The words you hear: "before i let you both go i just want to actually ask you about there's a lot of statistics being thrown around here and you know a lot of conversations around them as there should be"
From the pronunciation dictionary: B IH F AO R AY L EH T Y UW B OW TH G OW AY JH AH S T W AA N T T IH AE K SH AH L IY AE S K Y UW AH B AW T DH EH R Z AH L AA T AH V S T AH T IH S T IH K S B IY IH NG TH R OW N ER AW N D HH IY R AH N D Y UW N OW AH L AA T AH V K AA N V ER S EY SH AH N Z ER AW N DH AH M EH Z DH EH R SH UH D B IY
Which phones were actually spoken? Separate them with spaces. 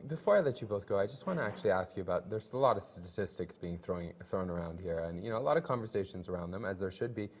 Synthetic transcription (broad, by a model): B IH F AO R AY L EH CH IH B OW TH G OW AY JH AH S T W AA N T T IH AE K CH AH L IY AE S K Y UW AH B AW T DH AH R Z AH L AA T AH V S T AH T IH S T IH K S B IY IH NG TH R OW N ER AW N D HH IY R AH N Y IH N OW AH L AA T AH V K AA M V ER S EY SH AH N Z ER AW N DH AH M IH Z DH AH R SH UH D B IY